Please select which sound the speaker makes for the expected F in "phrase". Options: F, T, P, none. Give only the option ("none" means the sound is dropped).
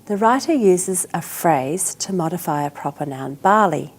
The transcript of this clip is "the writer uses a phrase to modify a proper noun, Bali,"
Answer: F